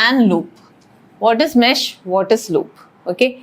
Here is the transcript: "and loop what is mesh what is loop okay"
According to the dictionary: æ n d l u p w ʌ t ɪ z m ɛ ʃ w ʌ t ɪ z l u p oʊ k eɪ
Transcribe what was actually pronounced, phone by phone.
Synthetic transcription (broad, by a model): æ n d l u p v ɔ t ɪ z m ɛ ʃ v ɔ t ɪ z l u p oʊ k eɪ